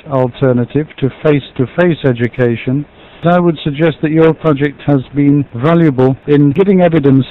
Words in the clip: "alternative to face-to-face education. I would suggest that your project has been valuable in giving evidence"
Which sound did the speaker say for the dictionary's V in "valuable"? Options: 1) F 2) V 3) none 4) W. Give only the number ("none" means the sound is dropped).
2